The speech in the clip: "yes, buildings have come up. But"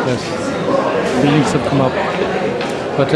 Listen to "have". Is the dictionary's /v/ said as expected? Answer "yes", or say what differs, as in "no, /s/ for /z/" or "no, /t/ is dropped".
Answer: no, /p/ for /v/